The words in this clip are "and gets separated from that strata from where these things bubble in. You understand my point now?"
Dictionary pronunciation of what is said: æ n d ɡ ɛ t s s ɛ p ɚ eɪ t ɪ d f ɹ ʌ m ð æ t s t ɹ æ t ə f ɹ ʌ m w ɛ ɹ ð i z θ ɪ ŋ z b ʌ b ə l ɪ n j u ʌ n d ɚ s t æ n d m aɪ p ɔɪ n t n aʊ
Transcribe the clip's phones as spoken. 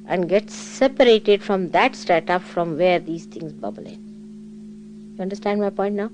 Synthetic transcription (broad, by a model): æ n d ɡ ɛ t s s ɛ p ɚ eɪ t ɪ d f ɹ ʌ m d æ t s t æ t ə f ɹ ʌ m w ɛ ɹ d i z t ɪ ŋ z b ʌ b ə l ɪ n j u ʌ n d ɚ s t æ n d m aɪ p ɔɪ n t n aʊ